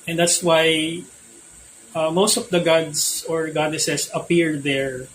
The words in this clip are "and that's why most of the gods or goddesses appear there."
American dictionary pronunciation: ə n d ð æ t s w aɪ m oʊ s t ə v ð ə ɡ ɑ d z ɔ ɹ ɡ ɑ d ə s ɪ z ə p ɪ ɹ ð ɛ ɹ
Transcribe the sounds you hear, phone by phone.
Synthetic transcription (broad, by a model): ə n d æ t s w aɪ m oʊ s t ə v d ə ɡ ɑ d s ɔ ɹ ɡ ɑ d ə s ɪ s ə p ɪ ɹ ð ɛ ɹ